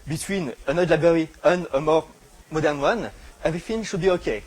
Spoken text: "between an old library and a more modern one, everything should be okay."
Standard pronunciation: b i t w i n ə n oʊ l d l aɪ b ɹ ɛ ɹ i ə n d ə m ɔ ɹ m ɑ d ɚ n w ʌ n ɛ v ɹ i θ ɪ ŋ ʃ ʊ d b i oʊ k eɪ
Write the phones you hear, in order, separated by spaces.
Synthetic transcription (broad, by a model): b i t w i n ə n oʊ d l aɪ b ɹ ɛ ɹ i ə n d ə m ɔ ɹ m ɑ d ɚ n w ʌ n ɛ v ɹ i f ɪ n ʃ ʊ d b i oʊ k eɪ